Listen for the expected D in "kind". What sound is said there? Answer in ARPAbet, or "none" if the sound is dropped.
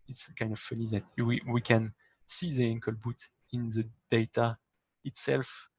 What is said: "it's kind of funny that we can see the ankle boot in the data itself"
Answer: D